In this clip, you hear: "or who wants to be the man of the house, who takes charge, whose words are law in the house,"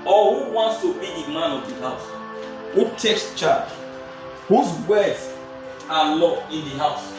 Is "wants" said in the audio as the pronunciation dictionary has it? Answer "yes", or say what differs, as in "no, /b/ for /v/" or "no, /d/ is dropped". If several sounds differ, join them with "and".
yes